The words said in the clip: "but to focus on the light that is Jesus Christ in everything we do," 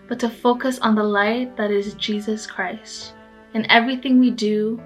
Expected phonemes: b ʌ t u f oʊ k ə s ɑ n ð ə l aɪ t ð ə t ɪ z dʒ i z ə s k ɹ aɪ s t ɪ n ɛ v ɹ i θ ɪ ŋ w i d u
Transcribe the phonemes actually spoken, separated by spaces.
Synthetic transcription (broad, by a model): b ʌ t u f oʊ k ə s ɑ n ð ə l aɪ t ð ə t ɪ z dʒ i z ə s k ɹ aɪ s t ɪ n ɛ v ɹ i θ ɪ ŋ w i d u